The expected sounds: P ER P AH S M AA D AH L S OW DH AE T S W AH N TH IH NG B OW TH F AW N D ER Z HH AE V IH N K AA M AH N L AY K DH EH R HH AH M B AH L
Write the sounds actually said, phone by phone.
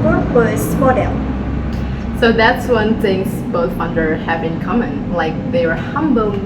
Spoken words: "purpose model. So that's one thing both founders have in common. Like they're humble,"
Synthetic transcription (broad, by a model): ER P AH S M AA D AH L S OW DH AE T S W AH N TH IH NG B OW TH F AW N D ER HH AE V IH N K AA M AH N L AY K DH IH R HH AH M B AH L